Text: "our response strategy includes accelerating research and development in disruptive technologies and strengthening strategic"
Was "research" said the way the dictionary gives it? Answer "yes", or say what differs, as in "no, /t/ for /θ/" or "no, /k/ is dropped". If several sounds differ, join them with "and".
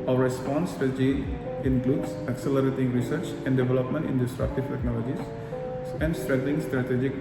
yes